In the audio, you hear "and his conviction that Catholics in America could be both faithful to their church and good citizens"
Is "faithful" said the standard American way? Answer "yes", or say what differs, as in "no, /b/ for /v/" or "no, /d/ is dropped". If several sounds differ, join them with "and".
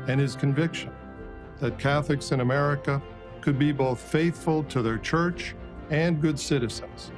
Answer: yes